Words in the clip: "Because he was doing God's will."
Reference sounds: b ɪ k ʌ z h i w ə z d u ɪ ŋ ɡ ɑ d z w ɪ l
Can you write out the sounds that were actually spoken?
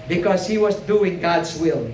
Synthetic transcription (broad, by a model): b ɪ k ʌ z h i w ə z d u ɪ ŋ ɡ ɑ d z w ɪ l